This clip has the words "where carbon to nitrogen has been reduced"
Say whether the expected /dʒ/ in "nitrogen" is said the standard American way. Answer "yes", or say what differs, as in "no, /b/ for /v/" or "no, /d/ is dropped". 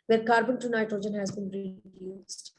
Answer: yes